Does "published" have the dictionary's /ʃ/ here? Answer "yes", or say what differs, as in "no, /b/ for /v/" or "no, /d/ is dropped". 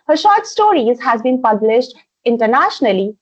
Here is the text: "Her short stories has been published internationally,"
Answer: yes